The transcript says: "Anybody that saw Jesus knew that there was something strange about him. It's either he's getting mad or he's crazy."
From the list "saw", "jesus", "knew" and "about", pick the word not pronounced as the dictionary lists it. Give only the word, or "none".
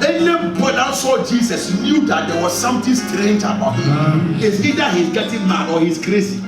jesus